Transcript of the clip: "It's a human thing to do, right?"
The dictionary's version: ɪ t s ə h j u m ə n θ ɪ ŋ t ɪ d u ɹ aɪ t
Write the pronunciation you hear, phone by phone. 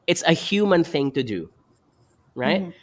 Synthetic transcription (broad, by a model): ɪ t s ə h j u m ə n θ ɪ ŋ t ɪ d u ɹ aɪ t